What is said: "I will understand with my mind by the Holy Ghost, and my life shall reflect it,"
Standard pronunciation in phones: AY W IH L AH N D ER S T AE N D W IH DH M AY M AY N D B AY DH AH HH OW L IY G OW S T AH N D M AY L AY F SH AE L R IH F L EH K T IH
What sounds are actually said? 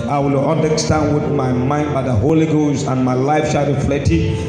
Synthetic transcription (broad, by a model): AY W IH L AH N D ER S T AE N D W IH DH M AY M AY N D B AY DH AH HH OW L IY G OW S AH N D M AY L AY F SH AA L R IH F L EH T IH